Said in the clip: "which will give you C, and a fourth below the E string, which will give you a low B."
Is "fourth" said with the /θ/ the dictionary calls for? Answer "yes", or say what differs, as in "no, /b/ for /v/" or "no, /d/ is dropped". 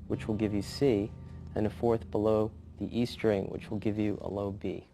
yes